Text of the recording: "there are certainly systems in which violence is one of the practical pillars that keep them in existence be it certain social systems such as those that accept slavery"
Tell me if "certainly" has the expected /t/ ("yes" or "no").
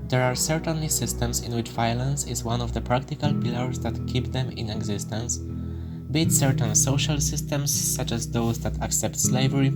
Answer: yes